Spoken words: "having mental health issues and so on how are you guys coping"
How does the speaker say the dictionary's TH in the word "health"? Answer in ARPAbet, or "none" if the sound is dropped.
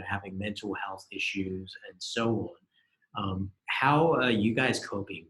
TH